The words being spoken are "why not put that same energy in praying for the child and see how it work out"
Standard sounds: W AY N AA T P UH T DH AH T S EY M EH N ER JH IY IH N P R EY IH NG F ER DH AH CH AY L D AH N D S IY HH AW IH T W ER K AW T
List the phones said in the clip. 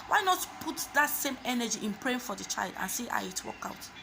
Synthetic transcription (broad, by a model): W AY N AA T P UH T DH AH T S EY M EH N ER JH IY IH N P R EY IH NG F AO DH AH CH AY L D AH N S IY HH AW IH T W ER K AW T